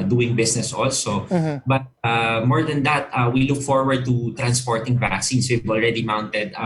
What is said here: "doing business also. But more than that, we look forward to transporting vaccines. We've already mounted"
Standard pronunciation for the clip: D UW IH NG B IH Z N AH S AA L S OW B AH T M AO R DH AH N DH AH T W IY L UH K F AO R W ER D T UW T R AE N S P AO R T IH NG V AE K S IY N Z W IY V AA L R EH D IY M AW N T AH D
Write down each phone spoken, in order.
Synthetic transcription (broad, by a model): D UW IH NG B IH S N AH S AA L S OW B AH T M AO R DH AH N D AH T W IY L UH K F AO R W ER D T UW T R AE N S P AO R T IH NG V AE K S IY N S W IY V AA L R EH D IY M AW N T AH D